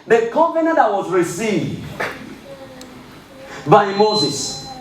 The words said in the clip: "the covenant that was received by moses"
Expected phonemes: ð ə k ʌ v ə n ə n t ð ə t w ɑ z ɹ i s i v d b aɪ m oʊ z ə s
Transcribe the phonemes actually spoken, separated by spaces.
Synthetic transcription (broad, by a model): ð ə k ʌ p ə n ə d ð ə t w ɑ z ɹ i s i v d b aɪ m oʊ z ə s